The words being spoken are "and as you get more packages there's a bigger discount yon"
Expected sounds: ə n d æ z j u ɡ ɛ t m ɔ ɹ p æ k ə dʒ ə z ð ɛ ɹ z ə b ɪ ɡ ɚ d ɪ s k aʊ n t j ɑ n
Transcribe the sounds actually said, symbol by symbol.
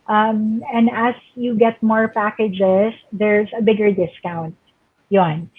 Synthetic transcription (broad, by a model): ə n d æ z j u ɡ ɛ t m ɔ ɹ p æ k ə dʒ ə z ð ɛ ɹ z ə b ɪ ɡ ɚ d ɪ s k aʊ n t j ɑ n